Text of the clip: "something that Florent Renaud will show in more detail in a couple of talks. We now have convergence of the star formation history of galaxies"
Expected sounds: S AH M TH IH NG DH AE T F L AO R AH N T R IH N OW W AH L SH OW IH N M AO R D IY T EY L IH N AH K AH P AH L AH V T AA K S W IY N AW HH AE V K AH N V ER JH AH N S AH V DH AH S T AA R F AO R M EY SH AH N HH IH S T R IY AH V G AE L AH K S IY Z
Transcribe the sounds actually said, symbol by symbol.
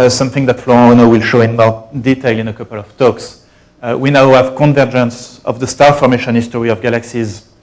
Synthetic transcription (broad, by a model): S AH M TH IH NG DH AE T F L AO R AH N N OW W AH L SH OW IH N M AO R D IY T EY L IH N AH K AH P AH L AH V T AA K S W IY N AW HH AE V K AH N V ER JH AH N S AH V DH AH S T AA R F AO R M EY SH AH N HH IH S T R IY AH V G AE L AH K S IY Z